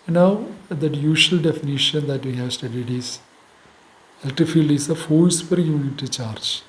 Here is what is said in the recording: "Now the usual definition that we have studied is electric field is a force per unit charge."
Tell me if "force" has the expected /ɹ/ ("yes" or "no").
no